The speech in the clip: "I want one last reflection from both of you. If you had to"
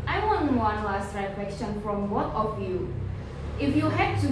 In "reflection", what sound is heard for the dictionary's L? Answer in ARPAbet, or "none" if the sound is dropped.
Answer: none